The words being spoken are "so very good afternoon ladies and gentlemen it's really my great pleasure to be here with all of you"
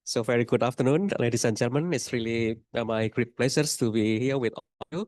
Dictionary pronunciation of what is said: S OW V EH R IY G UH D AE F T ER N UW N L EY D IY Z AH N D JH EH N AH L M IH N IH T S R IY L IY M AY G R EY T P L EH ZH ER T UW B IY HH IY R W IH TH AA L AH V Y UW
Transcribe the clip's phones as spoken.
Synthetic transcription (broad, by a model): S OW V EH R IY G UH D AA F T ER N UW N L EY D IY S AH N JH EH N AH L M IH N IH T S R IY L IY M AY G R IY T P L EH S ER T UW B IY HH IY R W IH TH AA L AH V Y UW